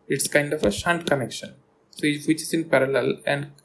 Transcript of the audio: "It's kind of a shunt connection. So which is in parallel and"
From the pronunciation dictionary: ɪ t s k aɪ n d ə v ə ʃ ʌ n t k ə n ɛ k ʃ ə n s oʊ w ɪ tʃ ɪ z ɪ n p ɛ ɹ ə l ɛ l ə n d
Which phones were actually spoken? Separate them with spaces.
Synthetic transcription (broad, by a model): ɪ t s k aɪ n d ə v ə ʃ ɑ n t k ə n ɛ k ʃ ə n s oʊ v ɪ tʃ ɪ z ɪ n p ɛ ɹ ə l ɛ l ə n d